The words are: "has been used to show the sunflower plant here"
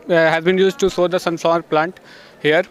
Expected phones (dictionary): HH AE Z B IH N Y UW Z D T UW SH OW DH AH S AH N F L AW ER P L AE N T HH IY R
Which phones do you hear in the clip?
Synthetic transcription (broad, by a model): HH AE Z B IH N Y UW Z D T UW S OW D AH S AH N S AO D P L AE N T HH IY R